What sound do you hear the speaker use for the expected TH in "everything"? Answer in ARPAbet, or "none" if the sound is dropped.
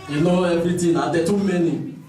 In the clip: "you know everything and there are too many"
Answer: T